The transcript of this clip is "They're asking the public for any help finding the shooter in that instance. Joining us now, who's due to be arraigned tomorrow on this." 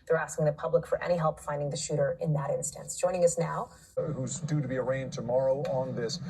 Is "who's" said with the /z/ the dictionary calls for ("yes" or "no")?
yes